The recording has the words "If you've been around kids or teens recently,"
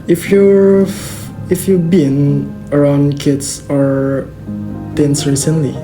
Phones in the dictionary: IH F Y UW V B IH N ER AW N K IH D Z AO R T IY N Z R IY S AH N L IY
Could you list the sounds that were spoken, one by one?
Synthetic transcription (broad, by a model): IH F Y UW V B IH N ER AW N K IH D S AO R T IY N S R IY S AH N L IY